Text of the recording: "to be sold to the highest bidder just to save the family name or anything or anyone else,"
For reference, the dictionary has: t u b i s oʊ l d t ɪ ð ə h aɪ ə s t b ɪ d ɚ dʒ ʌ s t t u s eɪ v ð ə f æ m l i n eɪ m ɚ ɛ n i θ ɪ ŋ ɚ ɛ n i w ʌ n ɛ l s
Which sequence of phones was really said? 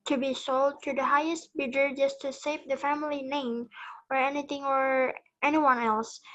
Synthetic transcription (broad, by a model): t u b i s oʊ l d t ɪ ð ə h aɪ ə s t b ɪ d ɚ dʒ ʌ s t t u s eɪ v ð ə f æ m l i n eɪ m ɚ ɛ n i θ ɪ ŋ ɚ ɛ n i w ʌ n ɛ l s